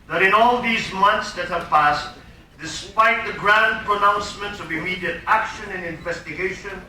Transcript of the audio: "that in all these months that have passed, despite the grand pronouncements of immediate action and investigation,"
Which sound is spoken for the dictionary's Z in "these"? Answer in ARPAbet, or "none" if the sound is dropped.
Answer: Z